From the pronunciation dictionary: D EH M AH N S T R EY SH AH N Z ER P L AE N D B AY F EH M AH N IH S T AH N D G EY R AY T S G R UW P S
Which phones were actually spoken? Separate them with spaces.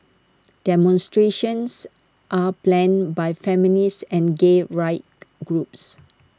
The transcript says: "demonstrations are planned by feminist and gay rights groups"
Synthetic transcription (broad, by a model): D EH M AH N S T R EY SH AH N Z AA P L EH N B AY F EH M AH N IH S AH N G EY R AY T G R UW P S